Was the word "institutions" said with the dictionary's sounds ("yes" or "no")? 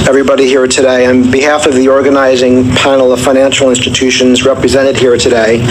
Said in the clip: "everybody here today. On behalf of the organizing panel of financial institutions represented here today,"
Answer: yes